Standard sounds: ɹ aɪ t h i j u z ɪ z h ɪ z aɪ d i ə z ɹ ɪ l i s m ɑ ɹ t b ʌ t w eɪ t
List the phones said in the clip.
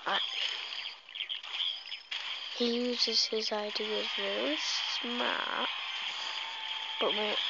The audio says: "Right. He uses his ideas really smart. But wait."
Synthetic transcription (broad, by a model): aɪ h i j u z ɪ z h ɪ z aɪ d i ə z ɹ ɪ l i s m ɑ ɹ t b ʌ t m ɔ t